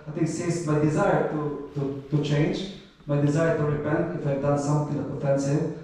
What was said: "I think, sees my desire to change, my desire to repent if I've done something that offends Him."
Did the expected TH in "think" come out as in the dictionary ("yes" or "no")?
no